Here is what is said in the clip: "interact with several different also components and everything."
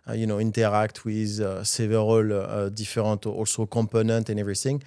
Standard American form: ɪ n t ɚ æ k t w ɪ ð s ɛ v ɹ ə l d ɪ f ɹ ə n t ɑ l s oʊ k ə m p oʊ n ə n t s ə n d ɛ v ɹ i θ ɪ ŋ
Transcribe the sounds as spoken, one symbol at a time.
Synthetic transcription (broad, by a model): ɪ n t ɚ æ k t w ɪ ð s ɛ v ɹ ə l d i f ɹ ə n t ɑ l s oʊ k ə m p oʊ n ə n t ə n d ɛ v ɹ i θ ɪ ŋ